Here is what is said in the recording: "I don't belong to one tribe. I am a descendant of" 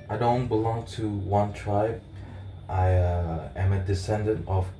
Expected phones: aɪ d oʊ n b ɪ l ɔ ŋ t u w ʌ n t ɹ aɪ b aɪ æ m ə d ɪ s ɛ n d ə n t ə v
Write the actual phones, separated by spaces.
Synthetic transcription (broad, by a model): aɪ d oʊ n b ɪ l ɔ ŋ t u w ʌ n t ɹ aɪ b aɪ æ m ə d ɪ s ɛ n d ə n t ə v